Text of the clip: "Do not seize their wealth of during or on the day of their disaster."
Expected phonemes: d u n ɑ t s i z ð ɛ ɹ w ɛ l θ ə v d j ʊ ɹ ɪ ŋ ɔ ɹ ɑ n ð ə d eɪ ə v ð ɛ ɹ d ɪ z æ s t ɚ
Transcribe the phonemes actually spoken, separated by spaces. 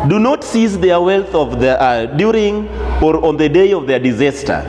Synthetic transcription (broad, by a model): d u n ɑ t s i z ð ɛ ɹ w ɛ l θ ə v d j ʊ ɹ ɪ ŋ ɔ ɹ ɑ n ð ə d eɪ ə v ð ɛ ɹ d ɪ z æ s t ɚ